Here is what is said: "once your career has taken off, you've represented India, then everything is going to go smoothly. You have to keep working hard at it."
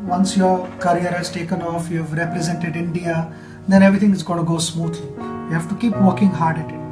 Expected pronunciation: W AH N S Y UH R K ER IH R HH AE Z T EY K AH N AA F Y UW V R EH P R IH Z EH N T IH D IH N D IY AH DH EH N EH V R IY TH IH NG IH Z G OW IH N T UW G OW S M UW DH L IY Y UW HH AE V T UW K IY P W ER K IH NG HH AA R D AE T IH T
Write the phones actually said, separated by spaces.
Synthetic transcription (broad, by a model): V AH N S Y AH R K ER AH R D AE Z T EY K AH N AA F Y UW V R EH P R IH Z EH N T IH D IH N D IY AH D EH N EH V R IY T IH NG IH Z G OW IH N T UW G OW S M UW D L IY Y UW HH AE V T UW K IY P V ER K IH NG HH AA R D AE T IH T